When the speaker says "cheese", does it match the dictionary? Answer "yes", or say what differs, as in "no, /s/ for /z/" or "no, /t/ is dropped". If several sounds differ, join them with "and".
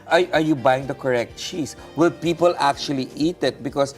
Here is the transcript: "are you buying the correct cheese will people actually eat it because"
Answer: no, /s/ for /z/